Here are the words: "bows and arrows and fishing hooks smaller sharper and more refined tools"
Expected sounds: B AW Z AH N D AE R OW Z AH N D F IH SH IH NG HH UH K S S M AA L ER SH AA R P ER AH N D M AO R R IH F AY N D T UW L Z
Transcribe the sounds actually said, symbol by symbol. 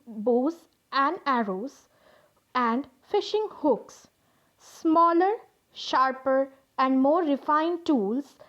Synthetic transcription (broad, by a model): B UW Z AH N D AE R OW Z AH N D F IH SH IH NG HH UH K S S M AA L ER SH AA R P ER AH N D M AO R R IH F AY N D T UW L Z